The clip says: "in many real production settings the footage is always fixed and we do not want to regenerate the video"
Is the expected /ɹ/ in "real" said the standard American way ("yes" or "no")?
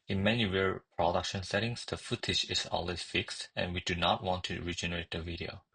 no